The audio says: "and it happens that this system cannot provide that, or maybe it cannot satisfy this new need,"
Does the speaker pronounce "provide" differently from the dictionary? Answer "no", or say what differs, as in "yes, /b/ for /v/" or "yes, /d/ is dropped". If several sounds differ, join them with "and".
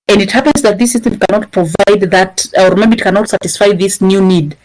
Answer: no